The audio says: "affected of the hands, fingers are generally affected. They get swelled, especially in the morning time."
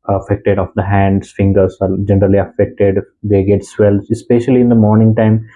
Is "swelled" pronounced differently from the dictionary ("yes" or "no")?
yes